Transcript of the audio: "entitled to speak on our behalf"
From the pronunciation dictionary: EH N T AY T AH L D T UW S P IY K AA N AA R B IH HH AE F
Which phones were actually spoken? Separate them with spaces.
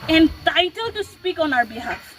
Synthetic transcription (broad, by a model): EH N T AY T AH L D T UW S P IY K AA N AA R B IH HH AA